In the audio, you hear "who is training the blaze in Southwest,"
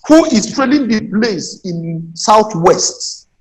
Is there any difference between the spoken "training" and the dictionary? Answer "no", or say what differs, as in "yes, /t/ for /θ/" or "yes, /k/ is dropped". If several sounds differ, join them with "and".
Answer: yes, /l/ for /n/